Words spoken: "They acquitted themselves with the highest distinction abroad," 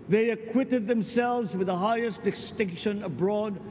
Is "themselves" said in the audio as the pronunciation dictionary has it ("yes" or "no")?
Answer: yes